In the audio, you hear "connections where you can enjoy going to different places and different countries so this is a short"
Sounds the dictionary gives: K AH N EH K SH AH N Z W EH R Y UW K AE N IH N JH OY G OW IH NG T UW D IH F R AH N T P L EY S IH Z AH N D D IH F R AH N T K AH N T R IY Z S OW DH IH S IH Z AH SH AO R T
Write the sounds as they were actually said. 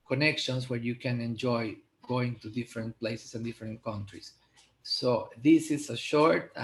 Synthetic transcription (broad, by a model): K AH N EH K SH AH N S W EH R Y UW K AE N IH N JH OY G OW IH NG T UW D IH F R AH N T P L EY S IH S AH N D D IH F R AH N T K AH N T R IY S OW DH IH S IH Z AH SH AO R T